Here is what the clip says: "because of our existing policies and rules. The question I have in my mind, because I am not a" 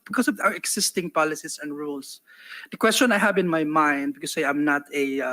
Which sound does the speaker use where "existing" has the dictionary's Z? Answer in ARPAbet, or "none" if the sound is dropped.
S